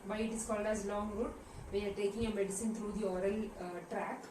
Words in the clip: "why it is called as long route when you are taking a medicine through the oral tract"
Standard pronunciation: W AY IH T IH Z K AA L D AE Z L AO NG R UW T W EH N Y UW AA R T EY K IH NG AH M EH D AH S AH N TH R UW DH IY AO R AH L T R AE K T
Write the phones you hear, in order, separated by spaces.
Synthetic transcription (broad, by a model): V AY IH T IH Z K AA L D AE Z L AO NG R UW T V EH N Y AA R T EY K IH NG AH M EH D AH S AH N T R UW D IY AO R AH L T R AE K